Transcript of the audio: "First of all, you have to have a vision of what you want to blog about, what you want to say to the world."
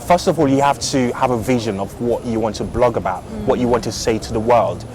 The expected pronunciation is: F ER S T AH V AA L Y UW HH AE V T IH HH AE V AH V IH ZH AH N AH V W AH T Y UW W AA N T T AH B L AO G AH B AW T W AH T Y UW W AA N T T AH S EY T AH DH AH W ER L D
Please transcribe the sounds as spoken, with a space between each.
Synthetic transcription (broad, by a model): F ER S T AH V AA L Y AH HH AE F T IH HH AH V AH V IH ZH AH N AH V W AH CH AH W AA N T T AH B L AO G AH B AW T W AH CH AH W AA N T T AH S EY T AH DH AH W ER L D